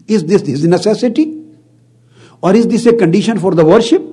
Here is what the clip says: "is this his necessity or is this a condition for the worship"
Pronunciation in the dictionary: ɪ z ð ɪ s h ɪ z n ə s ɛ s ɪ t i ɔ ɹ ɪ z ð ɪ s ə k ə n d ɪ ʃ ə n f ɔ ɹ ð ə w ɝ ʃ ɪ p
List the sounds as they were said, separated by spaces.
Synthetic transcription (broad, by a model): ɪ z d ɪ s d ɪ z n ə s ɛ s ɪ t i ɔ ɹ ɪ z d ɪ s ə k ə n d ɪ ʃ ə n f ɔ ɹ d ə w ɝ ʃ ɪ p